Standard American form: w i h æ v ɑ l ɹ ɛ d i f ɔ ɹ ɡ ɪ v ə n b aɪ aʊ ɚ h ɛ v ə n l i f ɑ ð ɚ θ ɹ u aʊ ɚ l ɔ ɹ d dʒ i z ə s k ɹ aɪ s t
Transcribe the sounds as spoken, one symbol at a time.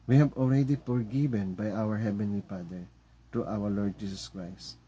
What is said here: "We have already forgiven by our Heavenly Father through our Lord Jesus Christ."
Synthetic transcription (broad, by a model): w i h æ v ɑ l ɹ ɛ d i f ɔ ɹ ɡ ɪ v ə n b aɪ aʊ ɚ h ɛ v ə n l i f ɑ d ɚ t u aʊ ɚ l ɔ ɹ d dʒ i s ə s k ɹ aɪ s t